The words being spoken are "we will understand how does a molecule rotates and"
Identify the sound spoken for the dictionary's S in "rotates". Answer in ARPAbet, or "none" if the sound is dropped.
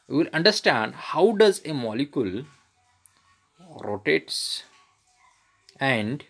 S